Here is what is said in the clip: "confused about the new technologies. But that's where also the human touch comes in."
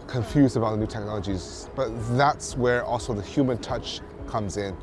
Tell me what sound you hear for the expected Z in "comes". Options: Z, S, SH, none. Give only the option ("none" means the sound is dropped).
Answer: Z